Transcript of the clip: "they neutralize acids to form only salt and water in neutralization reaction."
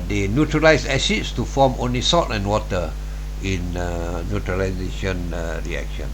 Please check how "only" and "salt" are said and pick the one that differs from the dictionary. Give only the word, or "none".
salt